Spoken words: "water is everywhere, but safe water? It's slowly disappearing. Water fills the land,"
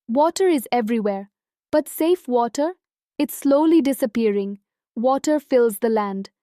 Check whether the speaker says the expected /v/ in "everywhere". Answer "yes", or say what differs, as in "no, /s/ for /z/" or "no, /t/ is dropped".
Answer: yes